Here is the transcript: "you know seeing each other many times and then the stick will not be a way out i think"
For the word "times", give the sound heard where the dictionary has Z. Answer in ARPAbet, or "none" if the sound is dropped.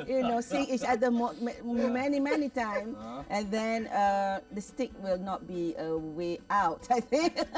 none